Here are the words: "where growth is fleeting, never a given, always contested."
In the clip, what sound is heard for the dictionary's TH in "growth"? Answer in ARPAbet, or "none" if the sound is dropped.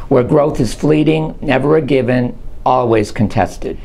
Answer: TH